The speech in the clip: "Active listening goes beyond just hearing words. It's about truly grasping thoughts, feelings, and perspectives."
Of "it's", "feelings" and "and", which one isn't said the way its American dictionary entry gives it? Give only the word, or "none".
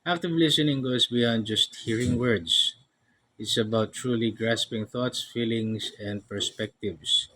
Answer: feelings